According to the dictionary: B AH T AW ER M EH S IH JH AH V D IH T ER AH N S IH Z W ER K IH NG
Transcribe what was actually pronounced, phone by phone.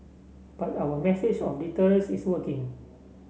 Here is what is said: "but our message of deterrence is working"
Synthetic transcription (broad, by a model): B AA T AW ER M EH S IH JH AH F D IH T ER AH L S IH S W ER K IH NG